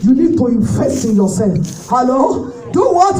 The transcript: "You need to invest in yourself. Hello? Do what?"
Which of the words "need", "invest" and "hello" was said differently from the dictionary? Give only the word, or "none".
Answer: invest